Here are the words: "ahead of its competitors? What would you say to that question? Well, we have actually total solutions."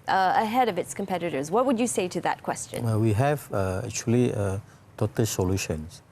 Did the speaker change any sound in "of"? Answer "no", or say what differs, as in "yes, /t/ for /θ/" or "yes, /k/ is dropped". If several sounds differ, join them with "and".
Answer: no